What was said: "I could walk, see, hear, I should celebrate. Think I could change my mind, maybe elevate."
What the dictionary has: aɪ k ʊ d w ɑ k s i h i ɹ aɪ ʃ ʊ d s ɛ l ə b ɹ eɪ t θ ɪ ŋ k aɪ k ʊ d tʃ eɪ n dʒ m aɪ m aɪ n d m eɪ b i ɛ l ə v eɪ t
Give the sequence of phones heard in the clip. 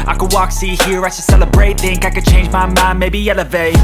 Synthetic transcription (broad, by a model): aɪ k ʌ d w ɑ k s i h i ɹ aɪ s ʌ s ɛ l ə b ɹ eɪ t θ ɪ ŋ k aɪ k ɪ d tʃ eɪ n dʒ m aɪ m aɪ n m eɪ b i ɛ l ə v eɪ